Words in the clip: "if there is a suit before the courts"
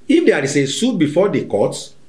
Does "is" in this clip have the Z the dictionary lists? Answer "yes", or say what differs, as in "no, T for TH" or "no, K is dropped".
no, S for Z